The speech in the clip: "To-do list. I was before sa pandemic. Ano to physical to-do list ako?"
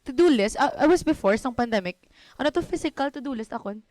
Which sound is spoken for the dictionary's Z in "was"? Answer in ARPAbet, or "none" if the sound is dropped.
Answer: S